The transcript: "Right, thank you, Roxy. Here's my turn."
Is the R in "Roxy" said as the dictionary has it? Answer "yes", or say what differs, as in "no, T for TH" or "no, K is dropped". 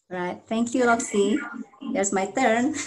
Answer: no, L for R